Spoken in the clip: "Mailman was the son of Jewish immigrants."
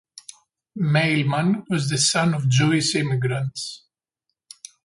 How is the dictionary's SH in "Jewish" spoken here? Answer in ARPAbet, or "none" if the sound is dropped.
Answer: S